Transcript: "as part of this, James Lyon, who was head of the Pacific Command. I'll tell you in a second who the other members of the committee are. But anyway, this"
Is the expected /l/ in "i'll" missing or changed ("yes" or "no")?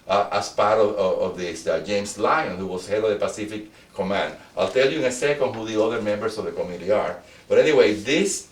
no